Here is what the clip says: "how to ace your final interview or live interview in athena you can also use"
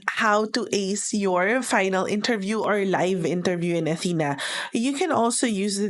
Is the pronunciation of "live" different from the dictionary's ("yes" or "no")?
no